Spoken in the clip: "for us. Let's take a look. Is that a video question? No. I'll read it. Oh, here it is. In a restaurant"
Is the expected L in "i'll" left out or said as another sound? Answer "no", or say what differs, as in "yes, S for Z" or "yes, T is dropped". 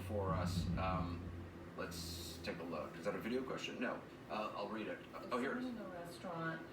no